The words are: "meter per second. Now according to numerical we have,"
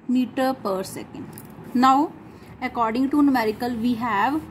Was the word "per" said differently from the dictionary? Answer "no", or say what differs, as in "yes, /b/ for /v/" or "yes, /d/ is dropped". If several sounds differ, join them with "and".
no